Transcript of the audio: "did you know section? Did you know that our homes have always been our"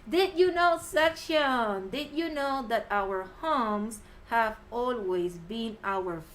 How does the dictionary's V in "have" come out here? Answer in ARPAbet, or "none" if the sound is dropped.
V